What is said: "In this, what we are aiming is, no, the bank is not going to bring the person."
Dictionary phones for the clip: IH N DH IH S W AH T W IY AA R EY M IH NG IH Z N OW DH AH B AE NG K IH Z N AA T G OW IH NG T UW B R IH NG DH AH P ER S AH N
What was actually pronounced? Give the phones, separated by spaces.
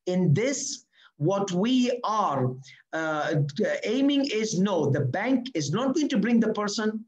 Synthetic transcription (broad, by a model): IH N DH IH S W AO T W IY AA R EY M IH NG IH Z N OW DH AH B AE NG K IH Z N AA T G OW IH NG T UW B R IH NG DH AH P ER S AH N